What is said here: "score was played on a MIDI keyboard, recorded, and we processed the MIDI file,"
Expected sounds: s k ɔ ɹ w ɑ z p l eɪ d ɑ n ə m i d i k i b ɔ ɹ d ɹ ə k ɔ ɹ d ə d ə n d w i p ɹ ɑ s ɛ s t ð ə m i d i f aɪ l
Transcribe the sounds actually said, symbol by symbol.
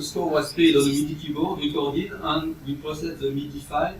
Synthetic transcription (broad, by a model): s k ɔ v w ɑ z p eɪ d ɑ l ə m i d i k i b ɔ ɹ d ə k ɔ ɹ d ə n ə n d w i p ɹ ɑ s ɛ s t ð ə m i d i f aɪ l